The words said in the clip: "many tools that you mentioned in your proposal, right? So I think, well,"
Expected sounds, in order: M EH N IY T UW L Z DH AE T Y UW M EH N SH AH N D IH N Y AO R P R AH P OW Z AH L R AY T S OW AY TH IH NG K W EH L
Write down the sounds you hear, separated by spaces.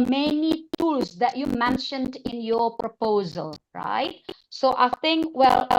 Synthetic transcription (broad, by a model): M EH N IY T UW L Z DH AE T Y UW M EH N SH AH N D IH N Y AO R P R AH P OW Z AH L R AY T S OW AY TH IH NG K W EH L